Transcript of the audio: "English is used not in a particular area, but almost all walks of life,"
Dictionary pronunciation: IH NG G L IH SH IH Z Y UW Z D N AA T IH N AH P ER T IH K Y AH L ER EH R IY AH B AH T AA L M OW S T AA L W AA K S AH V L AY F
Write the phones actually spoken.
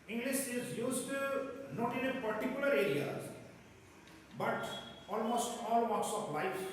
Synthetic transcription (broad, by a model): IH NG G L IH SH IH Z Y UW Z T N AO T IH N AH P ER T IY K Y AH L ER EH R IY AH B AH T AA L M OW S T AA L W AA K S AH P L AY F